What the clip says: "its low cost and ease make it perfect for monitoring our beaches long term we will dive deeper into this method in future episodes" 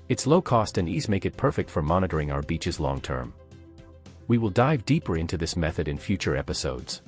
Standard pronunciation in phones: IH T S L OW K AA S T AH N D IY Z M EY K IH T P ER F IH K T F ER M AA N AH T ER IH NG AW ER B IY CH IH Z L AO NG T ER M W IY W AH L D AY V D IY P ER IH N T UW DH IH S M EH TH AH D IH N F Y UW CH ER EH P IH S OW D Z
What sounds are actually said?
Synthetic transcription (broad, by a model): IH T S L OW K AA S T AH N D IY Z M EY K IH T P ER F IH K T F ER M AA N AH T ER IH NG AW ER B IY CH IH Z L AO NG T ER M W IY W AH L D AY V D IY P ER IH N T UW DH IH S M EH TH AH D IH N F Y UW CH ER EH P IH S OW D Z